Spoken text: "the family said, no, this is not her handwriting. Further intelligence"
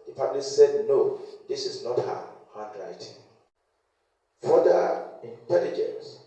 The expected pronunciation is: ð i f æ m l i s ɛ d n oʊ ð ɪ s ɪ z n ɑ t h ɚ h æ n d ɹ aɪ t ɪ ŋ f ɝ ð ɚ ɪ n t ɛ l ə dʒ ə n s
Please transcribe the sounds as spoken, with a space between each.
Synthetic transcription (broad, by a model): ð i p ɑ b l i s ɛ d n oʊ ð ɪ s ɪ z n ɑ t h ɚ h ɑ n d ɹ aɪ t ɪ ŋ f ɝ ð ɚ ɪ n t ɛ l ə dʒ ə n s